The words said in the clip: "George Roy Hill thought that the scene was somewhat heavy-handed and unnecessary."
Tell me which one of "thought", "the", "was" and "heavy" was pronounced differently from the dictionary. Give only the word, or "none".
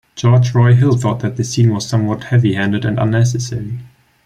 none